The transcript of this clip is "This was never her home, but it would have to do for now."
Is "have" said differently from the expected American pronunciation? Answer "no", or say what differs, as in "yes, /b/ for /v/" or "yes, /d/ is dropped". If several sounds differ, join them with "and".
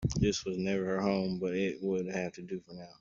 yes, /f/ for /v/